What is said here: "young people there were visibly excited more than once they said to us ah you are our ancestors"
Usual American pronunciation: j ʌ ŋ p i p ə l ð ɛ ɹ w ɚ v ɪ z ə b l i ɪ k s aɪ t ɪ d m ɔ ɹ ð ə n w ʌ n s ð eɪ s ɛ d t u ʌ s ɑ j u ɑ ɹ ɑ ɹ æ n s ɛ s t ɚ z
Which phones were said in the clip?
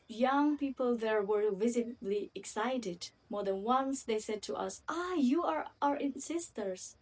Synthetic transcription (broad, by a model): j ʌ ŋ p i p ə l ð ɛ ɹ w ɚ v ɪ z ə b l i ɪ k s aɪ t ɪ d m ɔ ɹ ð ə n w ʌ n s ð eɪ s ɛ d t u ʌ s ɑ j u ɑ ɹ ɑ ɹ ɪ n s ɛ s t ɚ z